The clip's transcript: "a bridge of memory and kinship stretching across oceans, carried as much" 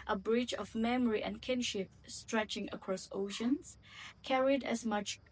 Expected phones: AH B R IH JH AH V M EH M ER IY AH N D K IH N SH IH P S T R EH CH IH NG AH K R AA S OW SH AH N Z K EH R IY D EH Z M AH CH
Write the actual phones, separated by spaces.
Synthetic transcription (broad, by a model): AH B R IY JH AH V M EH M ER IY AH N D K IH N SH IH P S T R EH CH IH NG AH K R AA S OW SH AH N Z K EH R IY D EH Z M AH CH